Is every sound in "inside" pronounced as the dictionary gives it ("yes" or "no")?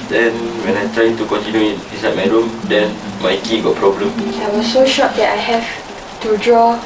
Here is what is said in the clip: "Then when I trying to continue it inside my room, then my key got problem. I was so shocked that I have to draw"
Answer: no